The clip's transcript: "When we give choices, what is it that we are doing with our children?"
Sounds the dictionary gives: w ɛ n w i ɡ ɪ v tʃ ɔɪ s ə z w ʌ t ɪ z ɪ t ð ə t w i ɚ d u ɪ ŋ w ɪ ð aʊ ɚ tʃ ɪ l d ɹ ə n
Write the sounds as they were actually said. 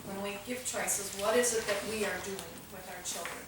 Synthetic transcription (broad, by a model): w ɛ n w i ɡ ɪ v tʃ ɔɪ s ə z w ʌ t ɪ z ɪ t ð ə t w i ɚ d u ɪ ŋ w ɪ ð aʊ ɚ tʃ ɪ l d ɹ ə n